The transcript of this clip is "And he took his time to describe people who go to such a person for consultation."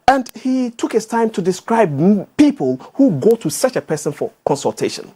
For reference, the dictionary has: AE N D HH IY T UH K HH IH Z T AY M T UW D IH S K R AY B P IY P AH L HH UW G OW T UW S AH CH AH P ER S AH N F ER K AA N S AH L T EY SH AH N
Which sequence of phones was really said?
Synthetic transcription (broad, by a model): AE N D HH IY T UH K HH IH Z T AY M T UW D IH S K R AY B P IY P AH L HH UW G OW T UW S AH CH AH P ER S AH N F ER K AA N S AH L T EY SH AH N